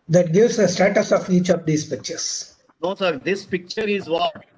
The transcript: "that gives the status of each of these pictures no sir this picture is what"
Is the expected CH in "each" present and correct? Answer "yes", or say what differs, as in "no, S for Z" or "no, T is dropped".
yes